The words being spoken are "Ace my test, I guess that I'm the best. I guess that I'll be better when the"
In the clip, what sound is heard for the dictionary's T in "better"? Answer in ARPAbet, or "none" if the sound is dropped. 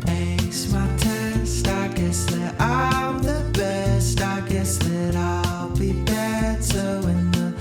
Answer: S